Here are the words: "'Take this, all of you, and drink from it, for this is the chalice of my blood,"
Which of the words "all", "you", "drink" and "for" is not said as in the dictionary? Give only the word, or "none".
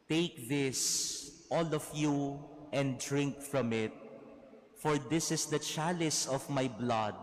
none